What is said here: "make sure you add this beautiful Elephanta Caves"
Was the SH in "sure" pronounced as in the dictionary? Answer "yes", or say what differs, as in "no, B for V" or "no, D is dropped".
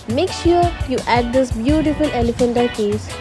yes